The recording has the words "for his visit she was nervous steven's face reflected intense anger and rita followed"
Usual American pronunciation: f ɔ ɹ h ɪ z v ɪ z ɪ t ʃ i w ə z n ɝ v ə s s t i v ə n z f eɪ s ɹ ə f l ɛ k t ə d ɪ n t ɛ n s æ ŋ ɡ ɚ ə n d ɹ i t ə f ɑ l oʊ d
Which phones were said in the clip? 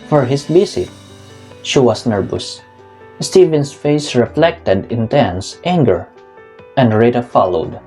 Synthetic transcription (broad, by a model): f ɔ ɹ h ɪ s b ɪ s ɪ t ʃ i w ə s n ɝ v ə s s t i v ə n s f eɪ s ɹ ə f l ɛ k t ə d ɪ n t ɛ n s æ ŋ ɡ ɚ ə n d ɹ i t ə f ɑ l oʊ d